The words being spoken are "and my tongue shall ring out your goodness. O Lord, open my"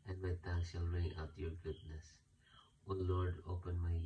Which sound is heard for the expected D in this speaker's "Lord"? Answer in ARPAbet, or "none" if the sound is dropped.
D